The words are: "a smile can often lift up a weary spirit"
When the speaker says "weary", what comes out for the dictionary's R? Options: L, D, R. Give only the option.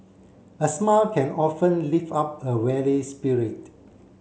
L